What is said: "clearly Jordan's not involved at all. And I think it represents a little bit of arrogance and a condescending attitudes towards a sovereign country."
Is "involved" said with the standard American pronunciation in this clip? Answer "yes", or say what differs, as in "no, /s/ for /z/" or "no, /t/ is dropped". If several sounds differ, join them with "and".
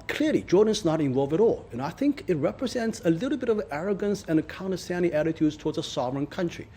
no, /d/ is dropped